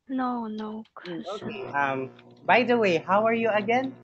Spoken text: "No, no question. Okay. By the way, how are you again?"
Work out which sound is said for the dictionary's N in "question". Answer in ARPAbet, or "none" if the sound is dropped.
none